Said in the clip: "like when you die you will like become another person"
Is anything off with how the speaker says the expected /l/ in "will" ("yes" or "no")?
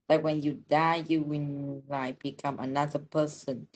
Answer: yes